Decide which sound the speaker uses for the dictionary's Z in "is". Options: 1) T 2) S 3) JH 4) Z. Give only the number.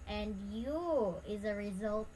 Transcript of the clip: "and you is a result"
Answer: 4